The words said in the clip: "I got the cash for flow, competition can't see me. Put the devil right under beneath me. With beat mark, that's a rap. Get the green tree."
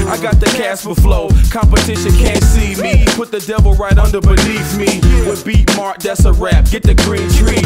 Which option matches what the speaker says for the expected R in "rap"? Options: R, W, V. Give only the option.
R